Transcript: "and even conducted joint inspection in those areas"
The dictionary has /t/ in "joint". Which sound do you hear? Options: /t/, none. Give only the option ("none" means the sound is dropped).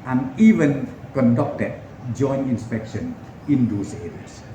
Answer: none